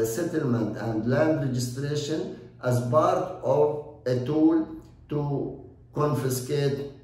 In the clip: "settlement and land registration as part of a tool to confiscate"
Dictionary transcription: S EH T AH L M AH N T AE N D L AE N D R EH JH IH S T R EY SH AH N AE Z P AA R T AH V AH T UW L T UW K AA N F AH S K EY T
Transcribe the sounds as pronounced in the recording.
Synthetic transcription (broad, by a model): S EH T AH L M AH N T AE N D L AE N D R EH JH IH S T R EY SH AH N AE Z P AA R T AH V AH T UW L T UW K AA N F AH S K EY T